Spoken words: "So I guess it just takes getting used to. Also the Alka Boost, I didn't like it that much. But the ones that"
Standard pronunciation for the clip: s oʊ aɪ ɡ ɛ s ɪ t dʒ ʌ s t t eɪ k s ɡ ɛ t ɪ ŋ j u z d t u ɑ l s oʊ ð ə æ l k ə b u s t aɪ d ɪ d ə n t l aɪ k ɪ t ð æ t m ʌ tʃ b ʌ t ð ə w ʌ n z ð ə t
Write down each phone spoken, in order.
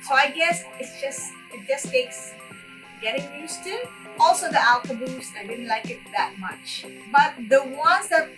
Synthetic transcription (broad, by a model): s oʊ aɪ ɡ ɛ s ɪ t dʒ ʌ s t t eɪ k s ɡ ɛ t ɪ ŋ j u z t u ɑ l s oʊ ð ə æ l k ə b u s aɪ d ɪ d ə n t l aɪ k ɪ t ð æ t m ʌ tʃ b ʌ t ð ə w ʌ n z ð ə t